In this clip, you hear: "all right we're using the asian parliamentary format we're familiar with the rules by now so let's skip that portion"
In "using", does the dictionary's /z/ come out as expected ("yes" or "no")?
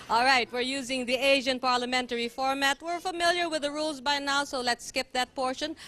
yes